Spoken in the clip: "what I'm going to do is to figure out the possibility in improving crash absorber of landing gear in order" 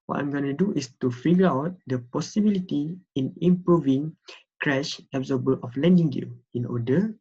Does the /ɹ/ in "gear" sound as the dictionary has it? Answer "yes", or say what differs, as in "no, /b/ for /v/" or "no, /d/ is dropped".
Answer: no, /l/ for /ɹ/